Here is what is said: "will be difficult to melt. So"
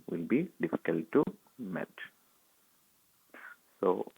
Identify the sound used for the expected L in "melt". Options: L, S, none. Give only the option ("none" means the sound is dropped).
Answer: none